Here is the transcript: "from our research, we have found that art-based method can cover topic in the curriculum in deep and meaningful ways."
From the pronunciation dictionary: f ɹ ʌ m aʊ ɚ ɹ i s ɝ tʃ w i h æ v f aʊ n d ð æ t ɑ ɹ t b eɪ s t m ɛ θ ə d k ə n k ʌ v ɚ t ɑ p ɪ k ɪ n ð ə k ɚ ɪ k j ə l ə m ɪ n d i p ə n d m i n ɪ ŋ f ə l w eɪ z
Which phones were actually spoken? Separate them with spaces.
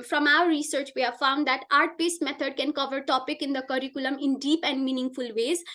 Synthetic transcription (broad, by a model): f ɹ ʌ m aʊ ɚ ɹ i s ɝ tʃ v i h æ v f aʊ n d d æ t ɑ ɹ t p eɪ s t m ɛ t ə d k ə n k ʌ v ɚ t ɑ p ɪ k ɪ n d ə k ɚ ɪ k j ə l ə m ɪ n d i p ə n d m i n ɪ ŋ f ə l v eɪ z